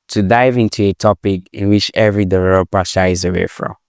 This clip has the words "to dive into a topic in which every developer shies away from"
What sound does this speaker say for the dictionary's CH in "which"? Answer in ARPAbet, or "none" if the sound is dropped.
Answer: CH